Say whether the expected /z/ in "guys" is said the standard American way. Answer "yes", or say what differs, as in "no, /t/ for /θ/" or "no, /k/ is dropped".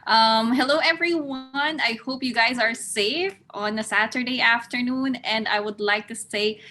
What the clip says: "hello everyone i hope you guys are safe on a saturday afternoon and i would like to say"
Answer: yes